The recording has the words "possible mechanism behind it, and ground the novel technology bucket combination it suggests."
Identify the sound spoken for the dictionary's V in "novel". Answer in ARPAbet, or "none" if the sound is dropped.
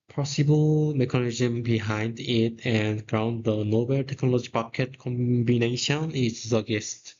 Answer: B